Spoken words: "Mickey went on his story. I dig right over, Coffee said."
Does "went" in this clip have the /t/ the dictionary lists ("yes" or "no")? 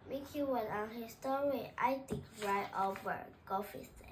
no